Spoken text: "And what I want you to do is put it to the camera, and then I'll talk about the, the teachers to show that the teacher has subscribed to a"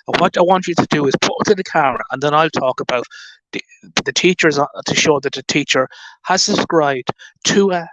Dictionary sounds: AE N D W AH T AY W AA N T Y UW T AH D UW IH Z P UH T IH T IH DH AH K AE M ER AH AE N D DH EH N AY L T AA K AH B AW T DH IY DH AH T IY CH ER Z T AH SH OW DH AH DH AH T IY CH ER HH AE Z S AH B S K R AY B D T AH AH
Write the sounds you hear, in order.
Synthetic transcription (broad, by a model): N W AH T AY W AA N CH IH T AH D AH IH Z P UH T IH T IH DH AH K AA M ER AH N DH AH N AY L T AA K AH B AW T DH IY DH AH T IY CH ER Z T AH SH OW DH AH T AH T IY CH ER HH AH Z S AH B S K R AY B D T AH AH